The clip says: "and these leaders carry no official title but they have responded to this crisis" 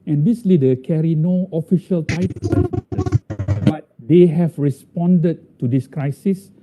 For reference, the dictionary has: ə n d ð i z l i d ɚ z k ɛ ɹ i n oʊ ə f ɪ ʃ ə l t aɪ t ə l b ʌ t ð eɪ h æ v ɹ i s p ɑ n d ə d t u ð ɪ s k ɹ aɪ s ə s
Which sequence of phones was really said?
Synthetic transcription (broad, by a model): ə n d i s l i d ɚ k ɛ ɹ i n oʊ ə f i ʃ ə l t aɪ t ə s b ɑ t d eɪ h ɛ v ɹ i s p ɑ n d ə d t u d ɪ s k ɹ aɪ s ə s